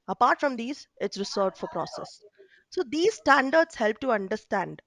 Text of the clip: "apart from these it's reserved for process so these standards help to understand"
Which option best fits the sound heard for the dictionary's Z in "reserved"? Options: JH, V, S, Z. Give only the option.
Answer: S